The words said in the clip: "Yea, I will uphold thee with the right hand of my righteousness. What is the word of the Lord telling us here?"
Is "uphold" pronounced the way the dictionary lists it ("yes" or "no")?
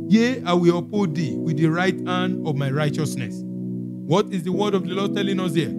no